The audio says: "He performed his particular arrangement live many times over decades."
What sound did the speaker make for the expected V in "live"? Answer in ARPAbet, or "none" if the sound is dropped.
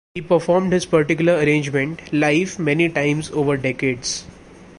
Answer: F